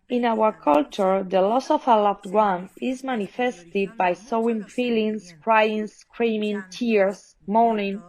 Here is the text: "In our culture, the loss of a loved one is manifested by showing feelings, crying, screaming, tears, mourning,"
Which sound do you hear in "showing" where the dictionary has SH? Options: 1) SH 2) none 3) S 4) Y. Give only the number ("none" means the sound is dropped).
3